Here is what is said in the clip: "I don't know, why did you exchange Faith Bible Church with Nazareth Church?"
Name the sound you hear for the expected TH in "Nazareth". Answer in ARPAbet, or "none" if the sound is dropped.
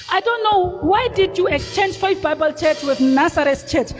S